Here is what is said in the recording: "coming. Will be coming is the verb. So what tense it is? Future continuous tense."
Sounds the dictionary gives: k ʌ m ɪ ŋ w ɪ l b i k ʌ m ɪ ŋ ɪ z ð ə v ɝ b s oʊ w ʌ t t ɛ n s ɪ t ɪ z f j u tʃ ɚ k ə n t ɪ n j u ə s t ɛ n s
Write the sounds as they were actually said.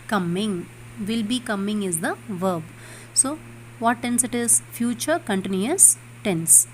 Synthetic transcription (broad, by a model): k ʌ m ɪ ŋ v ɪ l b i k ʌ m ɪ ŋ ɪ z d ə v ɝ b s oʊ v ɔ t t ɛ n s ɪ t ɪ z f j u tʃ ɚ k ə n t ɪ n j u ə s t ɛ n s